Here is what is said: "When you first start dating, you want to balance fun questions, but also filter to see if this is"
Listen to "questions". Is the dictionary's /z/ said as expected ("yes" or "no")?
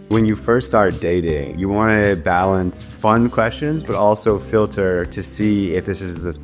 yes